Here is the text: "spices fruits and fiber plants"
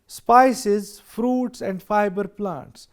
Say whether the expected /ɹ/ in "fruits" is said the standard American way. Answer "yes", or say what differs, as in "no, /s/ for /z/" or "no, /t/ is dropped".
yes